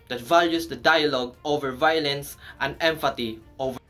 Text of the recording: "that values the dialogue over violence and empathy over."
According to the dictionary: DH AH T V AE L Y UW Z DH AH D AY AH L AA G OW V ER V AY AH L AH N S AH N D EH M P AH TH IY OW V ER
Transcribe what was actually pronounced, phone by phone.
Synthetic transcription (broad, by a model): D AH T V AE L Y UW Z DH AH D AY AH L AA G OW V ER V AY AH L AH N S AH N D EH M F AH T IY OW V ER